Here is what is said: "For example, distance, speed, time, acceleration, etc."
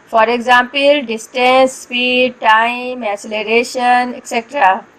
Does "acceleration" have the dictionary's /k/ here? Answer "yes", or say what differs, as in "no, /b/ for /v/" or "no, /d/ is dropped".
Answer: no, /k/ is dropped